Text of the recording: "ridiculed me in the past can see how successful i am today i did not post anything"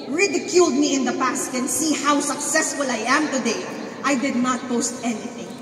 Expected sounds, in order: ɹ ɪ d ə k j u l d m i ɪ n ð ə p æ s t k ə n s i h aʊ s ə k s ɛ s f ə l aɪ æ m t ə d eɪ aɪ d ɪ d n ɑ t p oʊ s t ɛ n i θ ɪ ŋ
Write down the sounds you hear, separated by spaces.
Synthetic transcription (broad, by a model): ɹ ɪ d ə k j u l d m i ɪ n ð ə p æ s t k ə n s i h aʊ s ə k s ɛ s f ə l aɪ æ m t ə d eɪ aɪ d ɪ d n ɑ t p oʊ s t ɛ n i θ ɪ ŋ